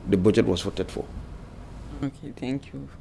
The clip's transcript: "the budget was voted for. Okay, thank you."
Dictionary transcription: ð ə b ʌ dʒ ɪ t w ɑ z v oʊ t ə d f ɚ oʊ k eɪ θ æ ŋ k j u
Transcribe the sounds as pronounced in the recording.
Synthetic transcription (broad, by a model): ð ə b ʌ dʒ ɪ t w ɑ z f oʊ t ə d f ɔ oʊ k eɪ t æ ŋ k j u